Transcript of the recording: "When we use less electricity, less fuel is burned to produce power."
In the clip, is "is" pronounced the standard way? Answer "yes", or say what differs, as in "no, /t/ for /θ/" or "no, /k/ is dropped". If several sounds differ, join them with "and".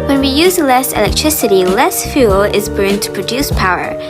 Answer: yes